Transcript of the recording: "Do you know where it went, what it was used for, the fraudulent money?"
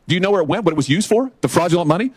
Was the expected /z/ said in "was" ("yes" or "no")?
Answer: yes